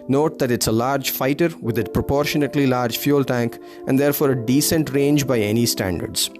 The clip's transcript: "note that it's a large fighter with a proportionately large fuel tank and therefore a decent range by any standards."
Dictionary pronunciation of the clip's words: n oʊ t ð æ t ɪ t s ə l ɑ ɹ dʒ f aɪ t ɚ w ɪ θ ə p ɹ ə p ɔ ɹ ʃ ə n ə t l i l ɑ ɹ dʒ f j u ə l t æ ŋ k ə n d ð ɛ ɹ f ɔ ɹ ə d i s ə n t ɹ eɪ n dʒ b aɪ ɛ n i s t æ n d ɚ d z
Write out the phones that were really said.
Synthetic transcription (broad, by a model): n oʊ t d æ t ɪ t s ə l ɑ ɹ dʒ f aɪ t ɚ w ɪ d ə p ɹ ə p ɔ ɹ ʃ ə n ə t l i l ɑ ɹ dʒ f j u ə l t æ ŋ k ə n d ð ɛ ɹ f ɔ ɹ ə d i s ə n t ɹ eɪ n dʒ b aɪ ɛ n i s t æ n d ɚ d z